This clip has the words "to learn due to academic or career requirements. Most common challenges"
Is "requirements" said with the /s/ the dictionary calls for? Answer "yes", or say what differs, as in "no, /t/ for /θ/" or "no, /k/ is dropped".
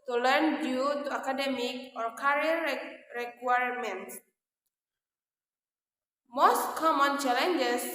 no, /s/ is dropped